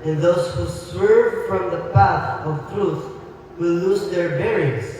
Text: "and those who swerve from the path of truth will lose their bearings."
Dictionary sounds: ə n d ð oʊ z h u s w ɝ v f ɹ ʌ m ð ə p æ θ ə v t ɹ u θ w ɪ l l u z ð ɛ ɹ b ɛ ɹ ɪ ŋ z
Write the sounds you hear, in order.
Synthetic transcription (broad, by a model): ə n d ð oʊ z h u s w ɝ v f ɹ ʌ m ð ə p æ θ ə v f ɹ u s w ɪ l l u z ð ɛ ɹ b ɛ ɹ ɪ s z